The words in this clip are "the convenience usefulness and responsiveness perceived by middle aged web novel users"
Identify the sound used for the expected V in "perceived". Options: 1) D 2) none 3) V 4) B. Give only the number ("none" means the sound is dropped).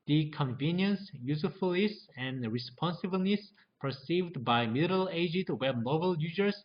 3